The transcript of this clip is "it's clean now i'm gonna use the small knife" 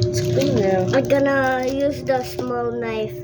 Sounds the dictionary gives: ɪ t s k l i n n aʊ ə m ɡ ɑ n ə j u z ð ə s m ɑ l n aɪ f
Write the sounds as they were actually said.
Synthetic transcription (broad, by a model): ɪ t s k w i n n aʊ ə ɡ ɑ n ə j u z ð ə s m ɑ l n aɪ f